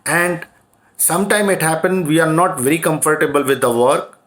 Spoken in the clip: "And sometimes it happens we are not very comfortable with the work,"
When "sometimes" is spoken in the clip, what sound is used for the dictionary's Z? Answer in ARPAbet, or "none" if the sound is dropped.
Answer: none